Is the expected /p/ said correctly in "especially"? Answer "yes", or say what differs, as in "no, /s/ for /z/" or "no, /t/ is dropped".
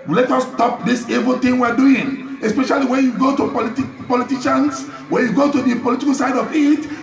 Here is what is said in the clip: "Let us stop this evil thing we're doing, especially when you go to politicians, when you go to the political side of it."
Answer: yes